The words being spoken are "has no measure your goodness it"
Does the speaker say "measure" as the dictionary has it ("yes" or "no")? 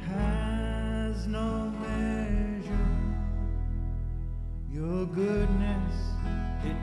yes